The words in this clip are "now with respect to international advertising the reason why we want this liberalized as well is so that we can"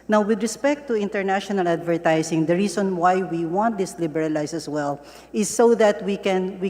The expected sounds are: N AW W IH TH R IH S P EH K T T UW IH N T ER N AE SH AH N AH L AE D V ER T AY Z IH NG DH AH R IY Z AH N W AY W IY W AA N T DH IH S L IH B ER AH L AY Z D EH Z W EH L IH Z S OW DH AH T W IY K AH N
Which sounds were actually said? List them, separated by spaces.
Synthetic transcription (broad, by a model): N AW W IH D R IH S P EH K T T UW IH N T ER N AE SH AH N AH L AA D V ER T AY S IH NG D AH R IY S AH N W AY W IY W AA N T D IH S L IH B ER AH L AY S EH S W EH L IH S OW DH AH T W IY K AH N